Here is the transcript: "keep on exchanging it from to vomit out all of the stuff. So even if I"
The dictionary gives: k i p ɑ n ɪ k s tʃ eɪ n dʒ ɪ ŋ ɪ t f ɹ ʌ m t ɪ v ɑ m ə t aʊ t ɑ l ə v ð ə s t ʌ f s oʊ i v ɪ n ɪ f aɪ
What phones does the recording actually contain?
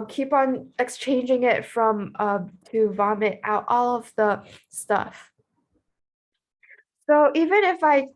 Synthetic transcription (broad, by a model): k i p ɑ n ɪ k s tʃ eɪ n dʒ ɪ ŋ ɪ t f ɹ ʌ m t ɪ v ɑ m ə t aʊ t ɑ l ə v ð ə s t ʌ f s oʊ i v ɪ n ɪ f aɪ